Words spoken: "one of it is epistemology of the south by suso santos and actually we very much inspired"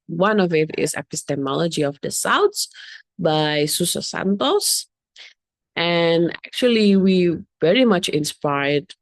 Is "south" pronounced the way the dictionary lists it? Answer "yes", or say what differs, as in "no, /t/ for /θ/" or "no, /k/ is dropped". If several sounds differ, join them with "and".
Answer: no, /s/ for /θ/